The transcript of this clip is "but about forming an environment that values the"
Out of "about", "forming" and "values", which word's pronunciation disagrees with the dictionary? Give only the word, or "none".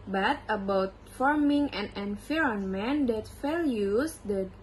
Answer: values